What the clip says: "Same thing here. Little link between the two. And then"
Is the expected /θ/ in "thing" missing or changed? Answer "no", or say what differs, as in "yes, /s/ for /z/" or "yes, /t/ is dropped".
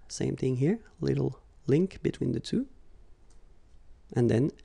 no